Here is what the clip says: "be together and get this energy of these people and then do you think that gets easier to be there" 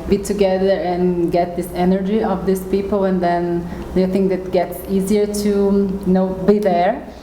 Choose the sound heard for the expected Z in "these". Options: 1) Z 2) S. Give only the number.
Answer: 2